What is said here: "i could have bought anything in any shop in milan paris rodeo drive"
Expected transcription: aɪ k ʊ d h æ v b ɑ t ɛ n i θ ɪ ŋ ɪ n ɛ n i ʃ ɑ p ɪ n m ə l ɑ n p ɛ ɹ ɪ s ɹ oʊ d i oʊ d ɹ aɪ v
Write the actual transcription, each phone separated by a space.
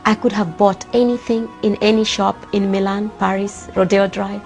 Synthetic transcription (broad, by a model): aɪ k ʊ d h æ v b ɑ t ɛ n i θ ɪ ŋ ɪ n ɛ n i ʃ ɑ p ɪ n m ə l ɑ n p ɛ ɹ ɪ s ɹ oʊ d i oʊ d ɹ aɪ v